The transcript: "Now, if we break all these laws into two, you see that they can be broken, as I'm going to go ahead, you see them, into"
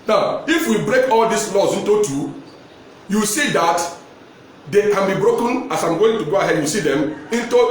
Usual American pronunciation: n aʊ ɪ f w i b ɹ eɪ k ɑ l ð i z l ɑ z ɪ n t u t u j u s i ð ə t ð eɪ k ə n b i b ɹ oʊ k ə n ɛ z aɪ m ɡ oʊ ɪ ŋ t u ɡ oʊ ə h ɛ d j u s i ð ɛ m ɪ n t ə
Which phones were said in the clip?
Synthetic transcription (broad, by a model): n aʊ ɪ f w i b ɹ eɪ k ɑ l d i s l ɑ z ɪ n t u t u j u s i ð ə t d eɪ k ə n b i b ɹ oʊ k ə n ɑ s aɪ m ɡ oʊ ɪ ŋ t u ɡ oʊ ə h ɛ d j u s i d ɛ m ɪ n t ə